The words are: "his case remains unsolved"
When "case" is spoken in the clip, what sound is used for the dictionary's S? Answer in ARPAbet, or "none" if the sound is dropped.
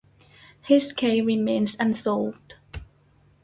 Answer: none